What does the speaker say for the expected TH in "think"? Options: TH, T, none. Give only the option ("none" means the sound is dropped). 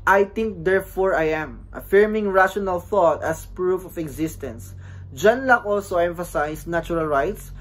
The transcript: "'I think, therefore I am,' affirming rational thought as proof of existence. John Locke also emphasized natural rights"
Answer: T